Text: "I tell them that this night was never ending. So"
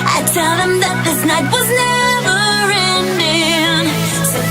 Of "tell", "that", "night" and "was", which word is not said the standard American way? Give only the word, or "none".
none